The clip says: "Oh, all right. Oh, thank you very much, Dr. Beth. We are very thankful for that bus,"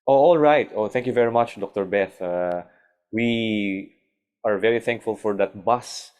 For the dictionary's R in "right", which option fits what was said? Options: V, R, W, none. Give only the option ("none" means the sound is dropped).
R